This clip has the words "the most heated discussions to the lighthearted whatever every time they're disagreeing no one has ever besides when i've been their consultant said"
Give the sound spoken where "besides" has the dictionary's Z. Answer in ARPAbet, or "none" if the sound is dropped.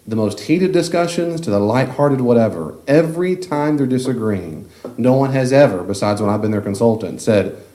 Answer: Z